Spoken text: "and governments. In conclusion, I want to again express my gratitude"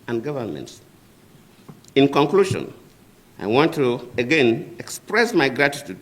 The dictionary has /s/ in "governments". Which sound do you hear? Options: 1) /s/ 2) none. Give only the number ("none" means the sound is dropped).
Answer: 1